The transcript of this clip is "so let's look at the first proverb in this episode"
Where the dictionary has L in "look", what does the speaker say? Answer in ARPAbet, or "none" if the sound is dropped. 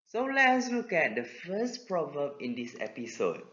W